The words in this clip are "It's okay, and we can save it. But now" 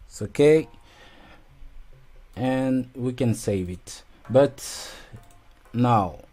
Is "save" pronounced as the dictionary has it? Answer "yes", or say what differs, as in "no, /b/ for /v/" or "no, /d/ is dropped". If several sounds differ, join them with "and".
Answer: yes